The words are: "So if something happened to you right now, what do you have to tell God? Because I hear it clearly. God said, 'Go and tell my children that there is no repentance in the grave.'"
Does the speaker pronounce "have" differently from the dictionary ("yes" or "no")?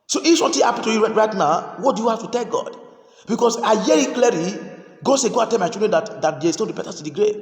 yes